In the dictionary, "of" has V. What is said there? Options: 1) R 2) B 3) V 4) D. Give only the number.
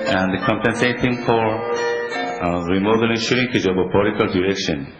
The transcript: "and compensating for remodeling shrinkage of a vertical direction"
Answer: 2